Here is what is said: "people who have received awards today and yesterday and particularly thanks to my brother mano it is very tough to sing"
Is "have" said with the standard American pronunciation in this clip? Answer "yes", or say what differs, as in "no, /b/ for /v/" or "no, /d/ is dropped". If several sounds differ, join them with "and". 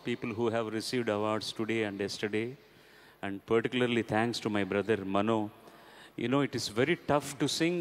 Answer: yes